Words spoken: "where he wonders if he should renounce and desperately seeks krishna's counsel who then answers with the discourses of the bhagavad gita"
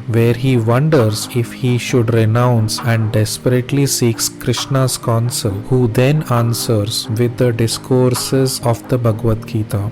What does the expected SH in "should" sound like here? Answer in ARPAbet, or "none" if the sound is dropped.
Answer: SH